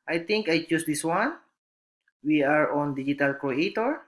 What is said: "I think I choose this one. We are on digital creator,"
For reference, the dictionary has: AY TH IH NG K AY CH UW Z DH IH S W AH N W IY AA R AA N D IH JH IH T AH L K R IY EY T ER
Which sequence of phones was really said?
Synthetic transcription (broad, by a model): AY T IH NG K AY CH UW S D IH S W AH N W IY AA R AA N D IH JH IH T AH L K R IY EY T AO